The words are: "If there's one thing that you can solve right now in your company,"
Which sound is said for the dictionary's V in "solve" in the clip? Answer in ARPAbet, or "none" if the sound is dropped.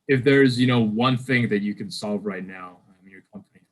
V